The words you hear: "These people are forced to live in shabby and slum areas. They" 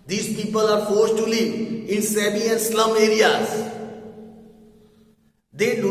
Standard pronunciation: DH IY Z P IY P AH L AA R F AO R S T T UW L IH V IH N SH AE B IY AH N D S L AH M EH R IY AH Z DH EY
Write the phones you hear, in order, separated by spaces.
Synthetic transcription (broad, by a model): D IY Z P IY P AH L AA R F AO R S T T UW L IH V IH N S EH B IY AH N S L AH M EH R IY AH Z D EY